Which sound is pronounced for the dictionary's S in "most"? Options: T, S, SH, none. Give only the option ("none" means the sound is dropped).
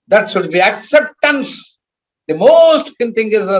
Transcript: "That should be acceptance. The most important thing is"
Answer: S